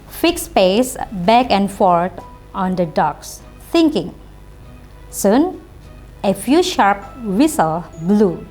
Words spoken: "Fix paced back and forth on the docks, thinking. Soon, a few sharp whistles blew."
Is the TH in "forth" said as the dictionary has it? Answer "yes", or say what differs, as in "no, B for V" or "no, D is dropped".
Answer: no, T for TH